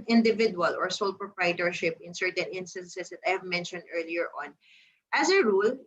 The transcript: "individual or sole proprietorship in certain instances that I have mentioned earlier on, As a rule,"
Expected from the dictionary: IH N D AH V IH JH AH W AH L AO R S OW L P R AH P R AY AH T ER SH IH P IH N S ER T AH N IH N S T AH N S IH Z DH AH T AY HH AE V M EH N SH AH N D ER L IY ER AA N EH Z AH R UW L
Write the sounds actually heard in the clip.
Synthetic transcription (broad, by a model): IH N D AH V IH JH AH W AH L AO R S OW L P R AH P R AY T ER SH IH P IH N S ER T AH N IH N S T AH N S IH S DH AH T AY HH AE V M EH N SH AH N D ER L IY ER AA N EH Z AH R UW L